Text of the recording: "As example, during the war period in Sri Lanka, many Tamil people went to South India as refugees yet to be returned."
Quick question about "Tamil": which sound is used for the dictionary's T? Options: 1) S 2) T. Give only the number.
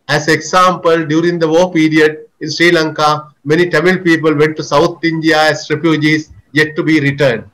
2